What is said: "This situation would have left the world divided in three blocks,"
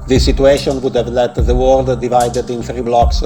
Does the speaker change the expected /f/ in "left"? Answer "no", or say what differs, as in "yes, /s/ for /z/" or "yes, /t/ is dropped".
yes, /f/ is dropped